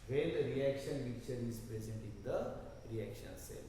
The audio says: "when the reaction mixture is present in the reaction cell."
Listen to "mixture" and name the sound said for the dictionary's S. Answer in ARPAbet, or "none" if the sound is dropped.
none